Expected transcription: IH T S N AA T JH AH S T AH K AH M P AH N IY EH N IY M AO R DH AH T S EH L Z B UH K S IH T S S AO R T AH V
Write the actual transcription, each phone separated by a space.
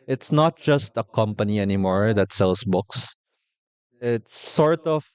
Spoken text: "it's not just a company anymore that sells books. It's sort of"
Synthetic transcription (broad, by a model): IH T S N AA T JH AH S T AH K AH M P AH N IY EH N IY M AO R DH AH T S EH L S B UH K S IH T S S AO R T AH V